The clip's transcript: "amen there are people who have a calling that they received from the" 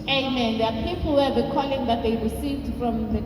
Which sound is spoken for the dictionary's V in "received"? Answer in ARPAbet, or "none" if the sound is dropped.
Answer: none